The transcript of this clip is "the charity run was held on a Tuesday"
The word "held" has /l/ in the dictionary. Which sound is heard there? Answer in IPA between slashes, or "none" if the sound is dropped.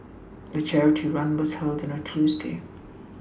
/l/